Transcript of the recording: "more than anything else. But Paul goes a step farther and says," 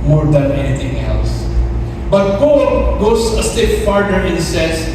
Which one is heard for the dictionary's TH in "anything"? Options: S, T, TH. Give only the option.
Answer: T